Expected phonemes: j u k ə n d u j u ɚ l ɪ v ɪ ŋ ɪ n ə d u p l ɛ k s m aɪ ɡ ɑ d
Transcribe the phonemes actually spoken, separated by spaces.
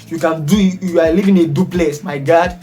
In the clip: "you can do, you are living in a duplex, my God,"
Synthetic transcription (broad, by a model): j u k ə n d u j u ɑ l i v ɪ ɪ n ə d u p l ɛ s m aɪ ɡ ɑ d